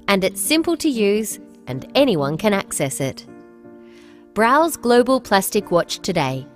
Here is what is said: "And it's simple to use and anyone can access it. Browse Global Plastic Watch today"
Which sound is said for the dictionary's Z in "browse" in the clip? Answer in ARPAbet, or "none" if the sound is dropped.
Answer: Z